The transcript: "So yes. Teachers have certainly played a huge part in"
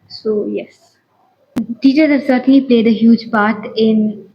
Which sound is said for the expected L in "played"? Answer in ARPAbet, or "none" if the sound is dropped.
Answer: L